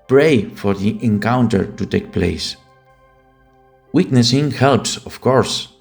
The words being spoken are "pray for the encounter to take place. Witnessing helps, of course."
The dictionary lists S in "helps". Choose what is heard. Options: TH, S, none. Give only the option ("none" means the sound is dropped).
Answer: S